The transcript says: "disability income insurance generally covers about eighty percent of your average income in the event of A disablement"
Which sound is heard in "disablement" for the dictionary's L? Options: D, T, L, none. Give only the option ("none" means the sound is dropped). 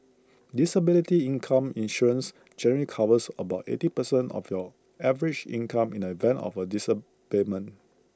none